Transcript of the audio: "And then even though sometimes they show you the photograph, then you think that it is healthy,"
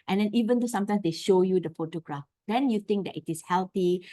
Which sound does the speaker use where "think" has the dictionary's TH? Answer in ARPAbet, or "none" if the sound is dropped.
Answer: T